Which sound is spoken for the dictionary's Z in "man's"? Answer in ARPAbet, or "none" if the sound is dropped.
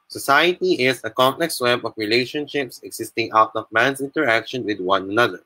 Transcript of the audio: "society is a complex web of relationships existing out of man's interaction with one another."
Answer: S